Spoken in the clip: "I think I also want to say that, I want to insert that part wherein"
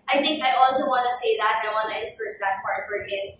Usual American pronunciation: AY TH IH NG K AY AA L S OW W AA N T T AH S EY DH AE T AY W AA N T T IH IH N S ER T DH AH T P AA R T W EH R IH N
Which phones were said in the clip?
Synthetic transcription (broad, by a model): AY TH IH NG K AY AA L S OW W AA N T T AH S EY DH AE T AY W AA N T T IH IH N S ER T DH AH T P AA R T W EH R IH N